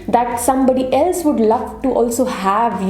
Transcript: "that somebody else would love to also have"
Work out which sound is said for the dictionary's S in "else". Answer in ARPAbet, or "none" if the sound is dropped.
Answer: S